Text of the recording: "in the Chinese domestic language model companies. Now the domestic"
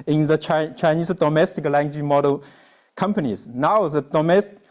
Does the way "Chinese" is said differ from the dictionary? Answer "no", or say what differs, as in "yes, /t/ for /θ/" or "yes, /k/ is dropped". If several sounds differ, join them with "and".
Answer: yes, /s/ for /z/